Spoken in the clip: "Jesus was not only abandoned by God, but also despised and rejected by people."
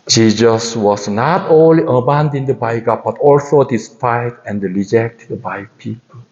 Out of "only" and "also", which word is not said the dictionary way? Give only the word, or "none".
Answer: none